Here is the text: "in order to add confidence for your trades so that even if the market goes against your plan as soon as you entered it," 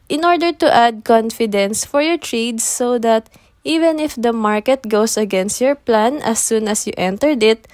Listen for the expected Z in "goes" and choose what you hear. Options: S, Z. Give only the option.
S